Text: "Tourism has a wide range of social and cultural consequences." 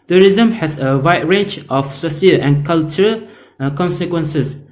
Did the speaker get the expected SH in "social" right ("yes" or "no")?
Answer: no